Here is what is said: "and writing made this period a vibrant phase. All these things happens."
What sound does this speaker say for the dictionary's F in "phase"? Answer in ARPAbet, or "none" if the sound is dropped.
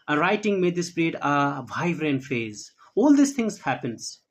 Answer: F